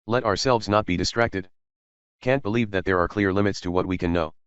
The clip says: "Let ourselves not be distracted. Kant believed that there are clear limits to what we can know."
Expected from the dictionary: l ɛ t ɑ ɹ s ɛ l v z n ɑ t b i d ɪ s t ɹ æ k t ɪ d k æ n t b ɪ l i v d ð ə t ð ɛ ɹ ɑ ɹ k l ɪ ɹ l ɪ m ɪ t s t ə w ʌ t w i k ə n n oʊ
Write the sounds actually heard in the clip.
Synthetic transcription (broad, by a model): l ɛ t ɑ ɹ s ɛ l v z n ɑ t b i d ɪ s t ɹ æ k t ɪ d k æ n t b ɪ l i v ð ə t ð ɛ ɹ ɑ ɹ k l ɪ ɹ l ɪ m ɪ t s t ə w ʌ t w i k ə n n oʊ